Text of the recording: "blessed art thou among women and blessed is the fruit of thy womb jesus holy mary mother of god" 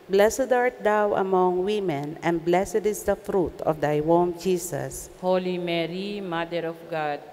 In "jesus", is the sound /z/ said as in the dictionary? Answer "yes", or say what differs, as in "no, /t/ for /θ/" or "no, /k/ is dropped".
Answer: no, /s/ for /z/